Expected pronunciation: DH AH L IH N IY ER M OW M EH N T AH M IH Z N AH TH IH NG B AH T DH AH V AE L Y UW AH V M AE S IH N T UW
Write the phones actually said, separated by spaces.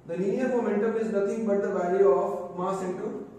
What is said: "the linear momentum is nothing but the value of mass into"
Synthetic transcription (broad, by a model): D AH N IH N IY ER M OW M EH N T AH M IH Z N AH T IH NG B AH T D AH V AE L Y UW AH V M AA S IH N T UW